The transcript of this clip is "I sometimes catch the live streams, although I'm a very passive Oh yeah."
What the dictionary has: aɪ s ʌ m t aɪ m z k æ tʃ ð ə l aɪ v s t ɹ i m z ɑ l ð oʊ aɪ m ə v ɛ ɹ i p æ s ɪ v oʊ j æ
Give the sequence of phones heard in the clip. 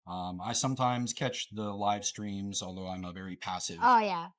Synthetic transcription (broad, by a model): aɪ s ʌ m t aɪ m z k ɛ tʃ ð ə l aɪ v s t ɹ i m z ɑ l ð oʊ aɪ m ə v ɛ ɹ i p æ s ɪ v oʊ j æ